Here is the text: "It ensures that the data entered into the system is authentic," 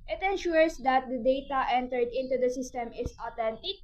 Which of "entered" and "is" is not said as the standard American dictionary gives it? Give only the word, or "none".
is